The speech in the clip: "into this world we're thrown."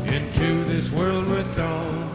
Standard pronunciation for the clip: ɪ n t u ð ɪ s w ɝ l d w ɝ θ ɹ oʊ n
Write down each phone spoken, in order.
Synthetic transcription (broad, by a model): ɪ n t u ð ɪ s w ɝ l d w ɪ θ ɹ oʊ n